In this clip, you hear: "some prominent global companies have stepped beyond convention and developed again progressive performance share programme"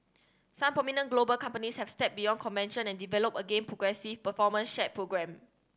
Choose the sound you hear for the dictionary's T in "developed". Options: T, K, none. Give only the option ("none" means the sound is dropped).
none